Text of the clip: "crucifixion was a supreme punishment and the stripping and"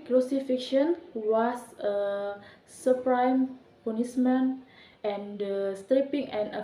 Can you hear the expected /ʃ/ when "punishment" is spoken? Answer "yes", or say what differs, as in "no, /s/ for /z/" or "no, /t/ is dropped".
no, /s/ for /ʃ/